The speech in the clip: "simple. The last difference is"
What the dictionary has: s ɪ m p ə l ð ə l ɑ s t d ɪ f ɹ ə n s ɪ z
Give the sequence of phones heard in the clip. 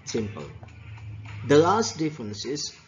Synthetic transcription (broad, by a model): s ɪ m p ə l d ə l ɑ s t d ɪ f ɹ ə n s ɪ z